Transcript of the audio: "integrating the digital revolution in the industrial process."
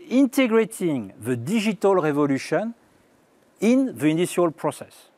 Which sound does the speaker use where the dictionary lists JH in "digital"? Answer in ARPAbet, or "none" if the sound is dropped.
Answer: ZH